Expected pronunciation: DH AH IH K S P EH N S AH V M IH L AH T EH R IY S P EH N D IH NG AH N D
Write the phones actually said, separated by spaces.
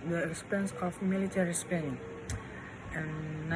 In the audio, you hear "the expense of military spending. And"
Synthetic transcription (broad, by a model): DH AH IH S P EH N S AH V M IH L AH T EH R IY S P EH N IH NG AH N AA